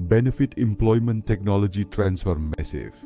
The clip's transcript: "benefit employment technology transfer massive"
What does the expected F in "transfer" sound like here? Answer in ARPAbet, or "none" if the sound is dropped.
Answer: F